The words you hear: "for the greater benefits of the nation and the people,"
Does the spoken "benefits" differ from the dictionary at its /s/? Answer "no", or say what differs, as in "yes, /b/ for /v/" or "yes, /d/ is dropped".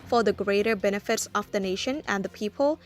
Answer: no